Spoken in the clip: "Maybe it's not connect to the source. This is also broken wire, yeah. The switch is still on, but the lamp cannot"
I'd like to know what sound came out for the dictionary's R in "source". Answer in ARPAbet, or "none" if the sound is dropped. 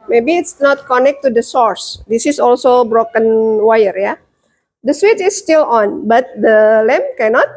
R